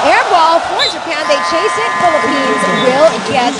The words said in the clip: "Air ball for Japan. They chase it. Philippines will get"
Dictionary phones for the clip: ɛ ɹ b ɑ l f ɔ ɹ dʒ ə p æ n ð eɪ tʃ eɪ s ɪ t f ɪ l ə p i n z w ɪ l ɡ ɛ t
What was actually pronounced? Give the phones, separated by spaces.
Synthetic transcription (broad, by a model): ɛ ɹ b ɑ l f ɔ ɹ dʒ ə p æ n ð eɪ tʃ eɪ s ɪ t f ɪ l ə p i n z w ɪ l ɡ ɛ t